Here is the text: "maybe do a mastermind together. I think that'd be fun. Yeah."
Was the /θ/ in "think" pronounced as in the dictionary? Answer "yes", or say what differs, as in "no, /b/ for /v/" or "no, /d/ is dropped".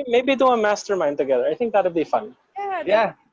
yes